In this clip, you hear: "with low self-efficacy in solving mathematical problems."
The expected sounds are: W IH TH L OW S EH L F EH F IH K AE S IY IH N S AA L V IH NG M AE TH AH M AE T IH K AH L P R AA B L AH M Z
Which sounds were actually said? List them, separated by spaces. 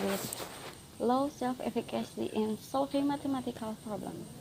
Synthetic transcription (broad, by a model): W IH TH L OW S EH L F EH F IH K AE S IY IH N S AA L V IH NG M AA T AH M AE T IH K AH L P R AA B L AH M